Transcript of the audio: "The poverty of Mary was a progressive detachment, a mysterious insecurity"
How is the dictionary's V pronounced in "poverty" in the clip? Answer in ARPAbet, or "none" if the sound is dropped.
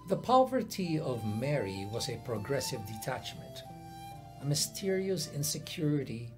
V